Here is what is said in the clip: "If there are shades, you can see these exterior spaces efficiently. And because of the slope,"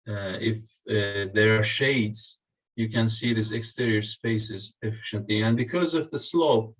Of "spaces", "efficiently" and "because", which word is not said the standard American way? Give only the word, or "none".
none